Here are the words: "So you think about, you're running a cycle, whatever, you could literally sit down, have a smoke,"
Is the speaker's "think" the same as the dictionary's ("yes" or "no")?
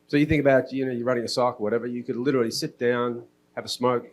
yes